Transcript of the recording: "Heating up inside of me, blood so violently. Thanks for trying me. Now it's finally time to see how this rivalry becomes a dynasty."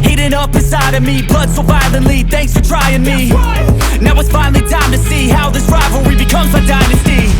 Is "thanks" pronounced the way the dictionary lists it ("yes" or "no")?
yes